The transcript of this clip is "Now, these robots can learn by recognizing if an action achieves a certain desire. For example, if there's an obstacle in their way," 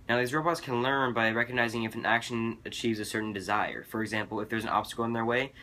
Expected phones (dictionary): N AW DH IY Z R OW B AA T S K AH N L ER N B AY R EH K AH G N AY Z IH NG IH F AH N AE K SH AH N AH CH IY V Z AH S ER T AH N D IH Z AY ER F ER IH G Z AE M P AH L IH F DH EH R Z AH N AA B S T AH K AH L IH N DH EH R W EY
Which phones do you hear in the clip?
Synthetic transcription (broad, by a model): N AW DH IY Z R OW B AA T S K AH N L ER N B AY R EH K AH G N AY Z IH NG IH F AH N AE K SH AH N AH CH IY V Z AH S ER T N D IH Z AY ER F ER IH G Z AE M P L IH F DH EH R Z AH N AA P S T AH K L IH N DH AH R W EY